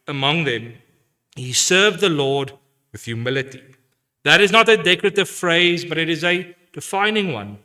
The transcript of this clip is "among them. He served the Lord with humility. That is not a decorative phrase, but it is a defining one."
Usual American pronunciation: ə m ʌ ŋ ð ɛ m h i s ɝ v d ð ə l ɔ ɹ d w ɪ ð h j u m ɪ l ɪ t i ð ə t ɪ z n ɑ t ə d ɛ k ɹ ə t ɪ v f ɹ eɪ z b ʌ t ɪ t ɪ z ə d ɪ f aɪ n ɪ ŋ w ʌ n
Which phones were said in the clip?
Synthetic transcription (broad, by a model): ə m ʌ ŋ ð ɛ m h i s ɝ v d ð ə l ɔ d w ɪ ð j u m ɪ l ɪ t i ð ə t ɪ z n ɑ t ə d ɛ k ɹ ə t ɪ v f ɹ eɪ z b ʌ t ɪ t ɪ z ə d ɪ f aɪ n ɪ ŋ w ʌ n